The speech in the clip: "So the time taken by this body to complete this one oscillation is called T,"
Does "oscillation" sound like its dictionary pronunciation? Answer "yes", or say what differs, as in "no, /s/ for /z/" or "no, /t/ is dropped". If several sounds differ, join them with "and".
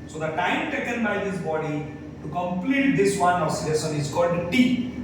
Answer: no, /s/ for /ʃ/